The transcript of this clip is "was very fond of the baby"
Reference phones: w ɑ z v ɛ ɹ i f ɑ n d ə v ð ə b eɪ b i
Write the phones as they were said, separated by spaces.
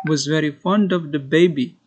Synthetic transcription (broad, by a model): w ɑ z v ɛ ɹ i f ɑ n d ə v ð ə b eɪ b i